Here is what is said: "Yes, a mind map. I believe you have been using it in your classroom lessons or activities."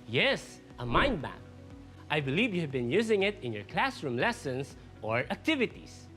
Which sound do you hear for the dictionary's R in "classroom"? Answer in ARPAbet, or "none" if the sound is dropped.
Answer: R